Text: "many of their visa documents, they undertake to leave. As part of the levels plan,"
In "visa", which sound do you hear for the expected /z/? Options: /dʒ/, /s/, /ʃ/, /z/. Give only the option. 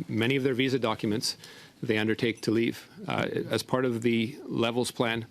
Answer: /z/